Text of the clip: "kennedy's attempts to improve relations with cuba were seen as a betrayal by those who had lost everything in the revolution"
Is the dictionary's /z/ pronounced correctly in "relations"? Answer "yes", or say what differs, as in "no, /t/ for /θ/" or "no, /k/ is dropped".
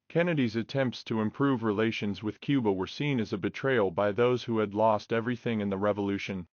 yes